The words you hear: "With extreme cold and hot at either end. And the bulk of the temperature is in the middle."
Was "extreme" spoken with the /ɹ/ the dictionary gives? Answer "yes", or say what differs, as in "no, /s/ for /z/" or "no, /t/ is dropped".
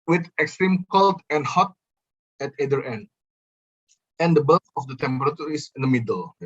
yes